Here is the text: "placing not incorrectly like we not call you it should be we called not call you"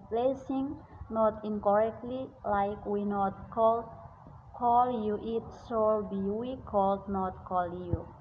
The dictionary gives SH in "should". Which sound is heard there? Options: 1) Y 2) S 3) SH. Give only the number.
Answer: 2